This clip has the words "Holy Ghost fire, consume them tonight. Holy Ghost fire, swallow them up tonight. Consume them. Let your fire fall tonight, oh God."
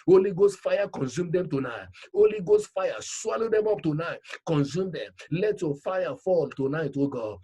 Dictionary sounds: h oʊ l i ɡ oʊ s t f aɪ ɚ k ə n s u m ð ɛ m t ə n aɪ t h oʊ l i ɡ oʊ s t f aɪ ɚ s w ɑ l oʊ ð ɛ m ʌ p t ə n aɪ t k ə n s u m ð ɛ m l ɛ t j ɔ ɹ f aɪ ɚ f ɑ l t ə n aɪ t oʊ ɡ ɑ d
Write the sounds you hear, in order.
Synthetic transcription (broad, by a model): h oʊ l i ɡ oʊ s t f aɪ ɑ k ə n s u m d ɛ m t ə n aɪ t oʊ l i ɡ oʊ s t f aɪ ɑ s w ɑ l oʊ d ɛ m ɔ p t ə n aɪ t k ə n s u m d ɛ m l ɛ t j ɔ f aɪ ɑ f ɑ l t ə n aɪ t oʊ ɡ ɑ